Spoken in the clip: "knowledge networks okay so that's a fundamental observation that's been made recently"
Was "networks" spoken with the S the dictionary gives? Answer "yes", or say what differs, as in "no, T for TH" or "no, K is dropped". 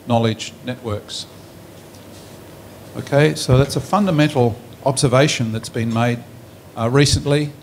yes